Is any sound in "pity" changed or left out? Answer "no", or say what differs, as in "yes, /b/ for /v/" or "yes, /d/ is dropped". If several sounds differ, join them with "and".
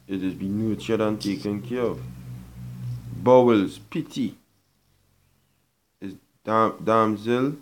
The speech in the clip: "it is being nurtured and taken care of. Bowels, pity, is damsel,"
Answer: no